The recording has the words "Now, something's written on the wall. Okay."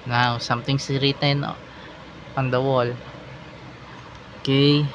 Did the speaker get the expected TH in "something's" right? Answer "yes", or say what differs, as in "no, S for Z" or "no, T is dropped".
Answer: no, T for TH